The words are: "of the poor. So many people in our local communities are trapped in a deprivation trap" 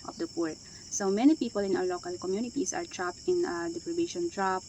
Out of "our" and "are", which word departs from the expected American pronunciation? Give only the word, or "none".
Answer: our